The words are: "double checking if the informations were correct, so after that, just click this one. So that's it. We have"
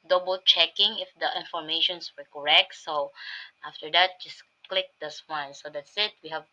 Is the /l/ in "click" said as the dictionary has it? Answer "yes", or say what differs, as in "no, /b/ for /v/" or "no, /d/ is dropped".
yes